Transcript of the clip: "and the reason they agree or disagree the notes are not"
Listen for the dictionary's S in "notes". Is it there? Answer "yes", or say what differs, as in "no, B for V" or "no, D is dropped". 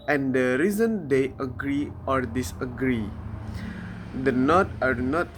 no, S is dropped